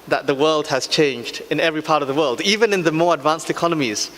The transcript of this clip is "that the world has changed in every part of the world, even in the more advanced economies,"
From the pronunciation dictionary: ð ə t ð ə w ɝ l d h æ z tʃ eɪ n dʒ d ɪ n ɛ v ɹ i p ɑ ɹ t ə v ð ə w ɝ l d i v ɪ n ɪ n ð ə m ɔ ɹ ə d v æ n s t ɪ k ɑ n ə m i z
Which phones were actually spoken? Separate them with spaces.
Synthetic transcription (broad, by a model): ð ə t ð ə w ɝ l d h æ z tʃ eɪ n dʒ d ɪ n ɛ v ɹ i p ɑ ɹ t ə v ð ə w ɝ l d i v ɪ n ɪ n ð ə m ɔ ɹ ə d v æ n s t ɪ k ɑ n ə m i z